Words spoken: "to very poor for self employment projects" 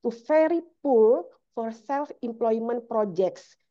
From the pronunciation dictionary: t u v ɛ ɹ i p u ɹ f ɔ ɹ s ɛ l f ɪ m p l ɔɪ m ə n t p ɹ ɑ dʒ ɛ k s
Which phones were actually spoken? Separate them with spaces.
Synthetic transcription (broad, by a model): t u f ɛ ɹ i p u l f ɔ ɹ s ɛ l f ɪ m p l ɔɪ m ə n p ɹ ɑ dʒ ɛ k s